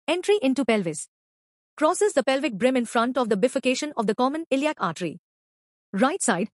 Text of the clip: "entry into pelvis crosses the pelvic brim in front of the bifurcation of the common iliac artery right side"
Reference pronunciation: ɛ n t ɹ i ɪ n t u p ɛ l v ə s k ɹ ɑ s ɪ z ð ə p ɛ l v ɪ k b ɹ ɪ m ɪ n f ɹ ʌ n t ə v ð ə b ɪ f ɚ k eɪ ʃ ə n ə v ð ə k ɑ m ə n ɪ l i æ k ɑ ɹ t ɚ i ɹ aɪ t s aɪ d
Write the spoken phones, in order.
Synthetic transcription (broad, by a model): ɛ n t ɹ i ɪ n t u p ɛ l v ə s k ɹ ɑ s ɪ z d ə p ɛ l v ɪ k b ɹ ɪ m ɪ n f ɹ ʌ n t ə v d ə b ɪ f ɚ k eɪ ʃ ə n ə v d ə k ɑ m ə n ɪ l i æ k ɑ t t i ɹ aɪ t s aɪ d